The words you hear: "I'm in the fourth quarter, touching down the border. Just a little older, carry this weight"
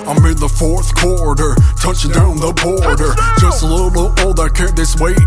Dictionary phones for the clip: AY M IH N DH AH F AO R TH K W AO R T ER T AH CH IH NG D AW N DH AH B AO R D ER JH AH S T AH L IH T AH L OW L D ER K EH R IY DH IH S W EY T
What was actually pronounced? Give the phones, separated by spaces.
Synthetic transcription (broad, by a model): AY M IH N DH AH F AO R TH K W AO R T ER T AH CH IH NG D AW N DH AH B AO R D ER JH AH S T AH L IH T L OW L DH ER K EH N DH IH S W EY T